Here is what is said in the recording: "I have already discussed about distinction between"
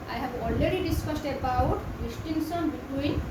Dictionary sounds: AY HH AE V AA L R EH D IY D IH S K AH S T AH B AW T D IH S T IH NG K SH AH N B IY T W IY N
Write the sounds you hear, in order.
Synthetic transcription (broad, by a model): AY HH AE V AA L R EH D IY D IH S K AH S T AH B AW T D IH S T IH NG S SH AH N B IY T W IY N